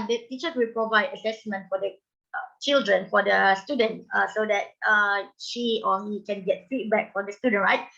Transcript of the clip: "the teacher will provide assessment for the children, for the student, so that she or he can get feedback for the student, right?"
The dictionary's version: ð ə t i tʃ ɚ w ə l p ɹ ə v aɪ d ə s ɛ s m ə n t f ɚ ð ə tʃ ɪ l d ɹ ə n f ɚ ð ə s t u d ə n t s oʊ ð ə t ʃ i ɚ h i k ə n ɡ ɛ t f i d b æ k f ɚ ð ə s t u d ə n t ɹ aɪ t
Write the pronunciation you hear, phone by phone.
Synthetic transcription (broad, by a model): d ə t i tʃ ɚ w ə l p ɹ ə v aɪ d ə s ɛ s m ə n t f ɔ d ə tʃ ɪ l d ɹ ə n f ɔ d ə s t u d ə n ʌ s oʊ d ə t ʃ i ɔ h i k ə n ɡ ɛ t f i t b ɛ k f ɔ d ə s t u d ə n ɹ aɪ t